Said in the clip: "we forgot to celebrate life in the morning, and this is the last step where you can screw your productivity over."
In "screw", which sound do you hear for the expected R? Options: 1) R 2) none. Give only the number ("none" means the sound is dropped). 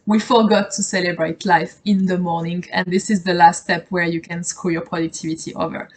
2